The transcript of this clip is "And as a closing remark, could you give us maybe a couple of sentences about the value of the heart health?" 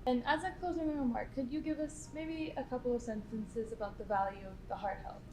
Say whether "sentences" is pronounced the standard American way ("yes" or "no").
yes